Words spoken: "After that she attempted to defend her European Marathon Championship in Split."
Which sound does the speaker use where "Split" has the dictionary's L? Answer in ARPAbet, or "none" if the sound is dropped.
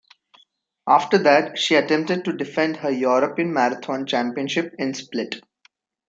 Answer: L